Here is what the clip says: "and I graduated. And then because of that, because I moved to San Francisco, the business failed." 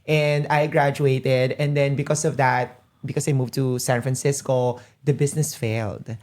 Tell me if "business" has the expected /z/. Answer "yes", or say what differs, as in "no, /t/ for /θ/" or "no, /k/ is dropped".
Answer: no, /s/ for /z/